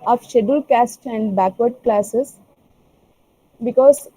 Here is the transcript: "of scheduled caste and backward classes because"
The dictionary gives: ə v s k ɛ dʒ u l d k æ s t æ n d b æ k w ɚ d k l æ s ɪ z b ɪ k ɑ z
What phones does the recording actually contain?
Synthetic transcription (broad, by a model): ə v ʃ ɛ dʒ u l k æ s t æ n d b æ k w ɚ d k l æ s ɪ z b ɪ k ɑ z